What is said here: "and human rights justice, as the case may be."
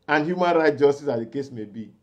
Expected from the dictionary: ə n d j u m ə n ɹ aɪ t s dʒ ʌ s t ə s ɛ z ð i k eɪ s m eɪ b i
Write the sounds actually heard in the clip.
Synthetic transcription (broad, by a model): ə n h j u m ə n ɹ aɪ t dʒ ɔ s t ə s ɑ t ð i k eɪ s m eɪ b i